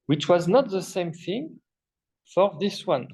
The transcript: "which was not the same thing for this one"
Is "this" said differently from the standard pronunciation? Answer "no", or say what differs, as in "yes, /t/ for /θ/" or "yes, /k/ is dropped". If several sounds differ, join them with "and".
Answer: no